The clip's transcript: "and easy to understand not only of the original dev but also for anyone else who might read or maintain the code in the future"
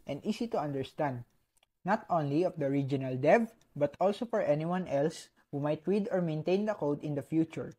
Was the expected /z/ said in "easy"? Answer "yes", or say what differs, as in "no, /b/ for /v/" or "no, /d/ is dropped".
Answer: no, /s/ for /z/